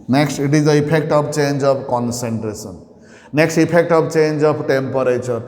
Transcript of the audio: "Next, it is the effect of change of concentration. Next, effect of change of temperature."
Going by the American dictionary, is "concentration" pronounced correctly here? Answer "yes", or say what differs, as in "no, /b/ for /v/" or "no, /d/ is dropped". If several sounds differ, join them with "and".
no, /s/ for /ʃ/